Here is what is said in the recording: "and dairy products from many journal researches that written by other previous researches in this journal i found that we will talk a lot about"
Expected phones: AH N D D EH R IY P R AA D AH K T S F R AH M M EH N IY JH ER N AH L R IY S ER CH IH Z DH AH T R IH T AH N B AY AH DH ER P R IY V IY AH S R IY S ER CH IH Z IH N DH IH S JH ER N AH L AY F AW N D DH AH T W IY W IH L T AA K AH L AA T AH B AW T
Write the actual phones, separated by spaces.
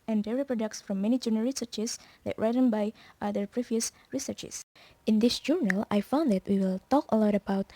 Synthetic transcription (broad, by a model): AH N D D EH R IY P R AA D AH K T S F R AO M M EH N IY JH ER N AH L R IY S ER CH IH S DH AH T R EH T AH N B AY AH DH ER P R IY V IY AH S R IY S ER CH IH S IH N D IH S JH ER N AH L AY F AW N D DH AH T W IY W IH L T AA K AH L AA T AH B AW T